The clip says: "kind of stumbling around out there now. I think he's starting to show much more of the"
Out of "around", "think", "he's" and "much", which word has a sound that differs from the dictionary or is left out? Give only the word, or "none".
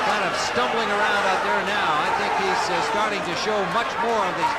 none